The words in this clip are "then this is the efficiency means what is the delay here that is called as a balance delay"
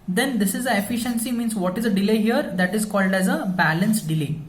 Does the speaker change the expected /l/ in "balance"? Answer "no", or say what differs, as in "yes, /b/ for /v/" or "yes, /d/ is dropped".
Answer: no